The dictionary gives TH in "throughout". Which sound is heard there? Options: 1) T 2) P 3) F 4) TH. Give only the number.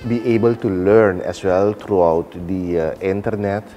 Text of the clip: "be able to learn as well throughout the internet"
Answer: 1